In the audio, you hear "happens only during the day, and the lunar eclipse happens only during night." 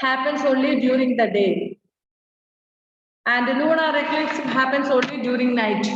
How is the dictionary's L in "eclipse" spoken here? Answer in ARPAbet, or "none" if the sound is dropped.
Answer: none